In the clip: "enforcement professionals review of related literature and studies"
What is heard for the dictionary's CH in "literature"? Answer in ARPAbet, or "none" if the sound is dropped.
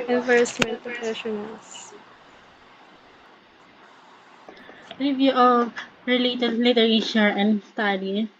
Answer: SH